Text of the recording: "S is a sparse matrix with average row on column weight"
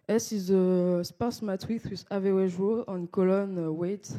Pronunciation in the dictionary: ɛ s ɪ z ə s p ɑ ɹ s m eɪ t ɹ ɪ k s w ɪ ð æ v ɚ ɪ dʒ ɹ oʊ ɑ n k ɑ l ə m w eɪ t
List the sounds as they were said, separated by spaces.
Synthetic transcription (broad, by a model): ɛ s ɪ z ə s p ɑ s m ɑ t w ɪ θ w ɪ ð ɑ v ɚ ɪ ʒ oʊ ɑ n k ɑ l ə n w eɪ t